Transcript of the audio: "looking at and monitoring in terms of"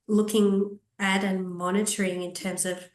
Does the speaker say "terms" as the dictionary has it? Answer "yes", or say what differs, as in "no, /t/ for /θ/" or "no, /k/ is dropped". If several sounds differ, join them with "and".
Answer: yes